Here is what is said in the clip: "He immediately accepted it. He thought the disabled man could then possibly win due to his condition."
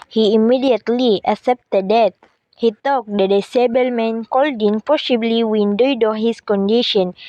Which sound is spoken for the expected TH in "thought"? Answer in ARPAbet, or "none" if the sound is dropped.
T